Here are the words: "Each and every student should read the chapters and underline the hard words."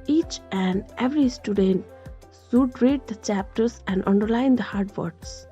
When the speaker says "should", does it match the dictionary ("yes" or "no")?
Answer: no